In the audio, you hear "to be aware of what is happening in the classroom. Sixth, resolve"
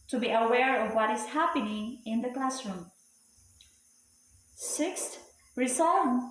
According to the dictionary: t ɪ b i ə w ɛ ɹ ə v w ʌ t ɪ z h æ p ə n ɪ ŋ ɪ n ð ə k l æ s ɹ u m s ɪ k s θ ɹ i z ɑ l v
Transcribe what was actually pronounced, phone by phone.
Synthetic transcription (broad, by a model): t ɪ b i ə w ɛ ɹ ə v w ʌ t ɪ z h æ p ə n ɪ ŋ ɪ n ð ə k l æ s ɹ u m s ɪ k s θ ɹ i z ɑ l